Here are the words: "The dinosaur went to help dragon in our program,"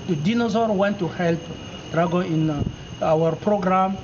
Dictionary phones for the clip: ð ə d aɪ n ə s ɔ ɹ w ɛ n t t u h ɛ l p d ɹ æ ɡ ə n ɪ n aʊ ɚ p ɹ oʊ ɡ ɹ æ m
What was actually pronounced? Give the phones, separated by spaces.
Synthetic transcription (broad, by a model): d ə d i n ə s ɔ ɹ w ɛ n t t u h ɛ l p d ɹ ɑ ɡ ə ɪ n aʊ ɚ p ɹ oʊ ɡ ɹ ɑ m